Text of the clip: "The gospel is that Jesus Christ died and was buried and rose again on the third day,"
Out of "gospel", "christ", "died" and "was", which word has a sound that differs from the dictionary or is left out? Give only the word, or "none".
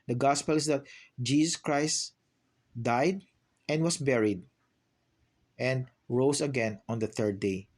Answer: was